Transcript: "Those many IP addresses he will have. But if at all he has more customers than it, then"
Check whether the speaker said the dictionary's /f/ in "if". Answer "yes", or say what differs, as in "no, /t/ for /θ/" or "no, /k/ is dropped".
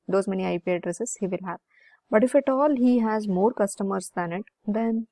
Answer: yes